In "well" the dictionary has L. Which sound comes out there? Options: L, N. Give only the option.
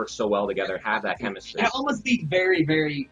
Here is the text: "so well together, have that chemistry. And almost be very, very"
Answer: L